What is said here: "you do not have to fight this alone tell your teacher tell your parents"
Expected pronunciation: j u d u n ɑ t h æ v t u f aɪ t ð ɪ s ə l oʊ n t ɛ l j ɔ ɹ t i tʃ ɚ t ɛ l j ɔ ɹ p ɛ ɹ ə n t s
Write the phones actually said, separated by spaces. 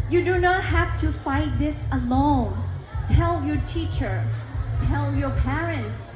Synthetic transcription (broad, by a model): j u d u n ɑ t h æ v t u f aɪ t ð ɪ s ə l oʊ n t ɛ l j ɔ ɹ t i tʃ ɚ t ɛ l j ɔ ɹ p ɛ ɹ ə n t s